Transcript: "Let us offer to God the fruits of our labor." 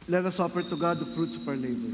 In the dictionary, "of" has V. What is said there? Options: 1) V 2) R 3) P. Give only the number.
3